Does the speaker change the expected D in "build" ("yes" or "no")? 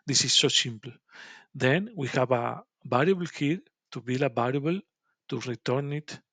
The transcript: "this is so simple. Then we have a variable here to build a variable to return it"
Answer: yes